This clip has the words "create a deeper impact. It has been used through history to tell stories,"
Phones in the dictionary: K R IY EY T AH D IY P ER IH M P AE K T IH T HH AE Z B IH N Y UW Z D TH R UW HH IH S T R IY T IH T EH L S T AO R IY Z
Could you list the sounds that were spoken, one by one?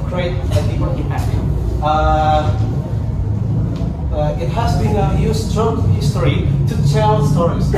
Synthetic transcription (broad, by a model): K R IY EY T AH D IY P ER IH P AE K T IH T HH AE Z B IH N Y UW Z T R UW HH IH S T R IY T IH T EH L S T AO R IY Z